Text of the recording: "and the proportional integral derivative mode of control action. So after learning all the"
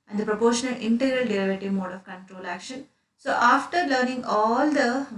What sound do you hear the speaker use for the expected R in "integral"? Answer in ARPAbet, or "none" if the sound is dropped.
R